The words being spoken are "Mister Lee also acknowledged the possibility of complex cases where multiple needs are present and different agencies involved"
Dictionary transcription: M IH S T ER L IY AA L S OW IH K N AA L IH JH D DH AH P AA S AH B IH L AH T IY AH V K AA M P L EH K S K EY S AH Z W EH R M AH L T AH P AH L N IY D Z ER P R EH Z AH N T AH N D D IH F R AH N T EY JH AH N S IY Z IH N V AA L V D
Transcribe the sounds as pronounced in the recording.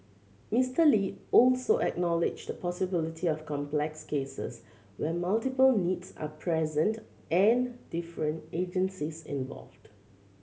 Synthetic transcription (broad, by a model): M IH S T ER L IY AA L S OW IH K N AA L IH JH D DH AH P AA S AH B IH L AH T IY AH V K AA M P L EH K S K EY S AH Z W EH M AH L T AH P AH L N IY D S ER P R EH Z AH N T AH N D D IH F R AH N T EY JH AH N S IY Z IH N V AA L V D